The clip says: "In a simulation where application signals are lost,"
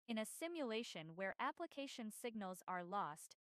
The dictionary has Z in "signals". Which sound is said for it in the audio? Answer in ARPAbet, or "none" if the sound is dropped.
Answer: Z